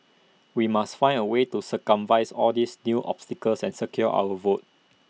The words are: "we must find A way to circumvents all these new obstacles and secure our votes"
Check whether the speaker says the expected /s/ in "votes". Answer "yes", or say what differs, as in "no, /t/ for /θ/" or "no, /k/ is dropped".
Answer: no, /s/ is dropped